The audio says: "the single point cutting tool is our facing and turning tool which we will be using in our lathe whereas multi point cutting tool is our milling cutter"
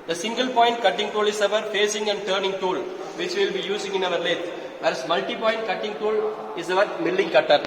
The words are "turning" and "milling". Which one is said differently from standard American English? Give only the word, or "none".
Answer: none